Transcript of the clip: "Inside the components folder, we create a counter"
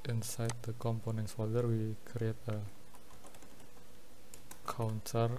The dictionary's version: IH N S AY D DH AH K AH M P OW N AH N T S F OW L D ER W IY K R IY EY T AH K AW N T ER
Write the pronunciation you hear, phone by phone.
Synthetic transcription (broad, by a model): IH N S AY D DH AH K AH M P OW N AH N T S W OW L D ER W IY K R IY EY T AH K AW N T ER